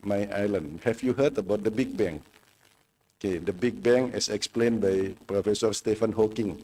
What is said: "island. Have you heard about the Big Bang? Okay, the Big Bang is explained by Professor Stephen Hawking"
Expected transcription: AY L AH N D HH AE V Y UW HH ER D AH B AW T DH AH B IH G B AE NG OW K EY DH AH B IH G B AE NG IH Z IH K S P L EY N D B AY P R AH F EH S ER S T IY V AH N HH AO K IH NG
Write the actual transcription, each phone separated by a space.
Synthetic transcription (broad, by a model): AY L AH N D HH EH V Y UW HH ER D AH B AW T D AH B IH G B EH NG OW K EY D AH B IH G B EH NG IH S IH K S P L EY N B AY P R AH F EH S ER S T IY F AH N HH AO K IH NG